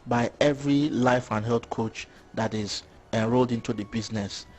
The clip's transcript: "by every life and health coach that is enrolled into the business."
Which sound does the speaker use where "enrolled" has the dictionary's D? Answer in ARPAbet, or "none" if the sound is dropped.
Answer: D